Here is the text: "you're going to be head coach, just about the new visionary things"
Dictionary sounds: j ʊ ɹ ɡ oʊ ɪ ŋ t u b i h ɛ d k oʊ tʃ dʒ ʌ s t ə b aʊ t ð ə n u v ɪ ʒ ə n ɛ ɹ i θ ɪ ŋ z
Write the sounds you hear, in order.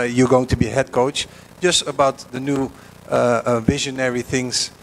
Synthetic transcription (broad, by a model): j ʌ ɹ ɡ oʊ ɪ ŋ t u b i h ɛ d k oʊ tʃ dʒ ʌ s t ə b aʊ t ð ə n u v ɪ ʒ ə n ɛ ɹ i θ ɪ ŋ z